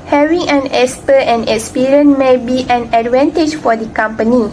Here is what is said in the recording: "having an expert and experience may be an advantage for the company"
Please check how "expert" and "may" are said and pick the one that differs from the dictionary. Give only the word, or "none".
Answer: expert